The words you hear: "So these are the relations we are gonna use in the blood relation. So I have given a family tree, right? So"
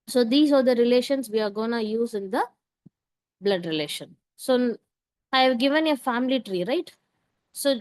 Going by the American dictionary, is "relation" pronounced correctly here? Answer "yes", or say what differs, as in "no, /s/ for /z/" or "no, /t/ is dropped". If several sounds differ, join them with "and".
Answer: yes